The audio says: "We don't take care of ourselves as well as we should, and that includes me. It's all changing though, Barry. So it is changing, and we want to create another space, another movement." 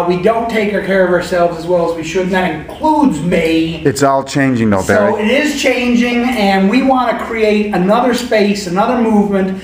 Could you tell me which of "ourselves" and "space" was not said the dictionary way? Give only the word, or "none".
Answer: none